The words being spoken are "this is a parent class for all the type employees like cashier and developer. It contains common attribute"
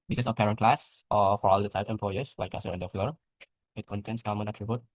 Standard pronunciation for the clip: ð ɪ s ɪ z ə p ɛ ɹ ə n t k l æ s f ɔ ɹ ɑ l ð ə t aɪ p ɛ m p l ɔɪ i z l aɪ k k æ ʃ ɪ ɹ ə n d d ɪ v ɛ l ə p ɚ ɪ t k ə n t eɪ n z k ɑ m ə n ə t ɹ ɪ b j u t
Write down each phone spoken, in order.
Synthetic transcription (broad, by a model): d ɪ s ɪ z ə p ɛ ɹ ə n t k l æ s f ɔ ɹ ɑ l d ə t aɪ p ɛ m p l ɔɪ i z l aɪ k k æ s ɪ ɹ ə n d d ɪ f l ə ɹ ɪ t k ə n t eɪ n s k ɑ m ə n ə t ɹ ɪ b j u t